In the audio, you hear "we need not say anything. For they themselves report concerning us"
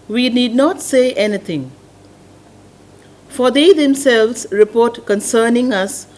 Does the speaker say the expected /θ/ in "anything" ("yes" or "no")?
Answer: no